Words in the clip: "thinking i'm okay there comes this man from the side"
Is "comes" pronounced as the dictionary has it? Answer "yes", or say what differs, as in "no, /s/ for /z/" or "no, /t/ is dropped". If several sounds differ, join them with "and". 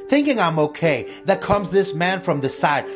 yes